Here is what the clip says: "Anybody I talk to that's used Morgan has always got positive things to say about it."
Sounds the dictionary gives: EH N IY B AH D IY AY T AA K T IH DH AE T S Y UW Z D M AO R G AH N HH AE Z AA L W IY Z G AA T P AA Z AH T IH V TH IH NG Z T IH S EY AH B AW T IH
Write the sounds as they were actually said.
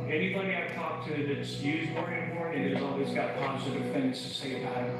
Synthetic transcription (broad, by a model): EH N IY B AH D IY AY T AA K T IH DH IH T S Y UW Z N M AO R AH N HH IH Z AA L W IY Z G AA T P AA Z AH T IH V TH IH NG Z T IH S EY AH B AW IH